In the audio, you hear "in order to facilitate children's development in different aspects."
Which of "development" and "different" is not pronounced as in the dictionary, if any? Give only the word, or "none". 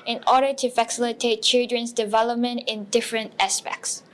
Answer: none